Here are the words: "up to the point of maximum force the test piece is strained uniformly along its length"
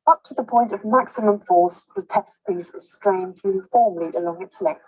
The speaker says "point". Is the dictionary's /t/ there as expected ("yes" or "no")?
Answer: yes